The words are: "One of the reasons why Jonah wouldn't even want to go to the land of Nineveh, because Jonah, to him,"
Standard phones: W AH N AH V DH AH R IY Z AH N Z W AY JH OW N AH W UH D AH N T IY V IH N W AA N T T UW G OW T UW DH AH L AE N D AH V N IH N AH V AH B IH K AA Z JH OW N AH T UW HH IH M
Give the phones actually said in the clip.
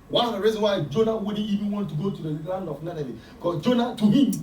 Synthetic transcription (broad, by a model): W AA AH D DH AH R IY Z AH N W AY JH OW N AH W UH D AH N IY V IH N W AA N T T UW G OW T UW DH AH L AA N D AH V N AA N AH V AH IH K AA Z JH OW N AH T UW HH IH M